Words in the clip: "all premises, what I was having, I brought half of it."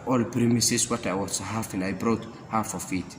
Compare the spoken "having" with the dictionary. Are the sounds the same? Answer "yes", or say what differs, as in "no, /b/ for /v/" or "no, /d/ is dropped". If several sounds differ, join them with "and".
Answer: no, /f/ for /v/